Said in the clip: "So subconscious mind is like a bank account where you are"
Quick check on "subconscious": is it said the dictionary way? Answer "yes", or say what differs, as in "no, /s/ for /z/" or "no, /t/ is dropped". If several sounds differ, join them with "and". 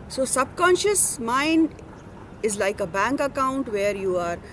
yes